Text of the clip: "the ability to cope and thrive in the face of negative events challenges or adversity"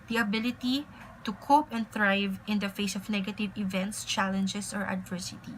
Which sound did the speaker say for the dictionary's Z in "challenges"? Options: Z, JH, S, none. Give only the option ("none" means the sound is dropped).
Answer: S